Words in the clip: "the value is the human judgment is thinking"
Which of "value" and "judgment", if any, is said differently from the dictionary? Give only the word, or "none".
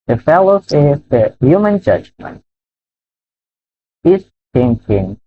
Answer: value